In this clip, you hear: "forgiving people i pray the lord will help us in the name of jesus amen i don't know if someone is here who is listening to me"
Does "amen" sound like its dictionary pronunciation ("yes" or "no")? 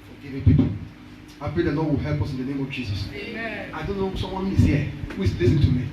no